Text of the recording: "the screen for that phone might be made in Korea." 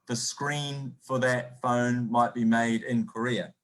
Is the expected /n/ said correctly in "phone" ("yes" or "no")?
yes